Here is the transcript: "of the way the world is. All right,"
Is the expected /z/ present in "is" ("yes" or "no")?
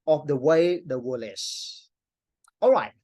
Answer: no